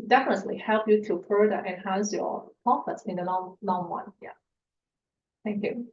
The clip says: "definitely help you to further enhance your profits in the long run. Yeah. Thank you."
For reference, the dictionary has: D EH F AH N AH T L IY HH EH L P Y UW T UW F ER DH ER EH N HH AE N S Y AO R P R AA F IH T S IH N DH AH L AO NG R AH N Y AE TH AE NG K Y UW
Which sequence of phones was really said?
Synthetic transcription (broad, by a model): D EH F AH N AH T L IY HH EH L P Y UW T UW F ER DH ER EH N HH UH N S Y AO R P AA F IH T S IH N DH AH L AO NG W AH N Y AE TH AE NG K Y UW